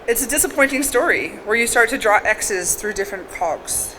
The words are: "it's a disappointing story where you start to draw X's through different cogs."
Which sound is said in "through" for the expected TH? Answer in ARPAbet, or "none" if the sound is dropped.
TH